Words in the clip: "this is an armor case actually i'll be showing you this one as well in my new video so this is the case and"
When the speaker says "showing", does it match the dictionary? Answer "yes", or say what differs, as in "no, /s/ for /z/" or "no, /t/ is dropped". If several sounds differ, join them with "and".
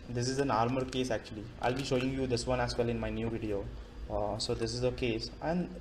yes